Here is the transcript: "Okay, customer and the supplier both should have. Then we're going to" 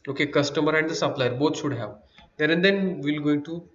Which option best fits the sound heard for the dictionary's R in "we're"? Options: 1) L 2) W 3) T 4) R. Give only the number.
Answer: 1